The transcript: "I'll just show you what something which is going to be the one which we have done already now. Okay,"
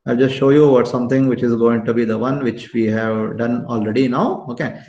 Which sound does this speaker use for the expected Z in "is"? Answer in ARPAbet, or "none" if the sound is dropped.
Z